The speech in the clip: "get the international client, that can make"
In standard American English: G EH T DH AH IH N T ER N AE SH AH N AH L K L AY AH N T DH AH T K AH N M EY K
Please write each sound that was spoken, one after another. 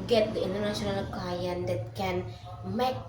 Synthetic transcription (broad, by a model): G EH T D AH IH N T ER N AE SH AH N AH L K AY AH N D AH T K AH N M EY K